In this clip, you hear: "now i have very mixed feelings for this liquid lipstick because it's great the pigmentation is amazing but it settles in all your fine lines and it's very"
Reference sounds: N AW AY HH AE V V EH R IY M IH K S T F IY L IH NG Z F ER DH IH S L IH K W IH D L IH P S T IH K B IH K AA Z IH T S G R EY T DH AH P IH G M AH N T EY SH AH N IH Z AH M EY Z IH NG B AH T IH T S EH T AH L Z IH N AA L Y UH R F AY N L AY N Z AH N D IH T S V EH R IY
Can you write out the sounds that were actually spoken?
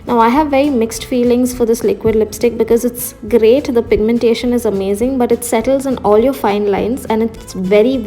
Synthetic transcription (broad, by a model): N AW AY HH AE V V EH R IY M IH K S T F IY L IH NG Z F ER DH IH S L IH K W IH D L IH P S T IH K B IH K AA Z IH T S G R EY T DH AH P IH G M AH N T EY SH AH N IH Z AH M EY Z IH NG B AH T IH T S EH T AH L Z IH N AA L Y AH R F AY N L AY N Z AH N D IH T S V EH R IY